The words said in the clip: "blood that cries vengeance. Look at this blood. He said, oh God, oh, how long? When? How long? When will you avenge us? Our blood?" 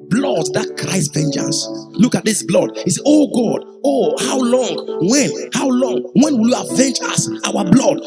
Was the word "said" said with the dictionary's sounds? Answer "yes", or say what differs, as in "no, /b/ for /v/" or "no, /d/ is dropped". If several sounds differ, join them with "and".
no, /d/ is dropped